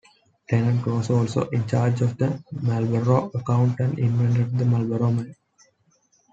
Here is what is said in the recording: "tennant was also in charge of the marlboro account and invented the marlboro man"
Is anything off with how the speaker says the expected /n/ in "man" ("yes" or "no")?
yes